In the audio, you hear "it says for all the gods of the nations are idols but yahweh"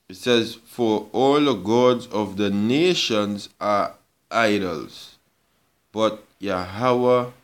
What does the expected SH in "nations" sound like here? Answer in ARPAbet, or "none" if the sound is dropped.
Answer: SH